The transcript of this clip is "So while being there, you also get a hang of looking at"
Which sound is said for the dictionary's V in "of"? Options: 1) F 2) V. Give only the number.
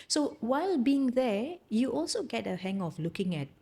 1